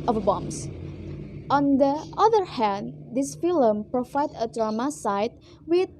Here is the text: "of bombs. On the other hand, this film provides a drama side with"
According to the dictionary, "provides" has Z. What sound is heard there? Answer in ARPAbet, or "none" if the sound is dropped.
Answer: none